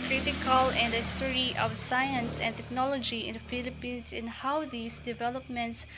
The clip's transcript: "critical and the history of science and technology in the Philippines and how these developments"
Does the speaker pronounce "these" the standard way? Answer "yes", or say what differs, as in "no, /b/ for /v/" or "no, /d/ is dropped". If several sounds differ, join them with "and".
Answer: no, /s/ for /z/